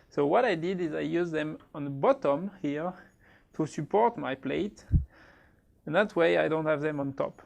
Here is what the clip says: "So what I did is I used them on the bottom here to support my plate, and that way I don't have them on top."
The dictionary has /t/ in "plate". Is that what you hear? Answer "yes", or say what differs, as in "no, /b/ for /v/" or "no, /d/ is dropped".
yes